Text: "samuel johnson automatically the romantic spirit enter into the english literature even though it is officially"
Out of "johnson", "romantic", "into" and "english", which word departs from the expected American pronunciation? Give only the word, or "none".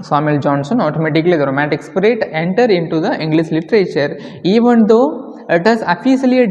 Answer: romantic